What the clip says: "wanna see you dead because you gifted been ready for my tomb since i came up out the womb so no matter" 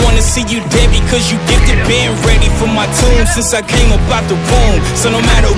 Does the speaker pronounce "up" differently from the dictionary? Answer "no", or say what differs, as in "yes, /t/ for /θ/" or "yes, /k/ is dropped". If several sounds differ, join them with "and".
yes, /b/ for /p/